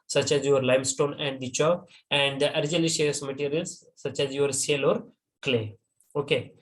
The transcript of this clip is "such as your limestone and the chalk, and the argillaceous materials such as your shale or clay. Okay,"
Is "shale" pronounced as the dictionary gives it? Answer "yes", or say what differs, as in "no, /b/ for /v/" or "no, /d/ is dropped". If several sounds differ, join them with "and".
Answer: no, /s/ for /ʃ/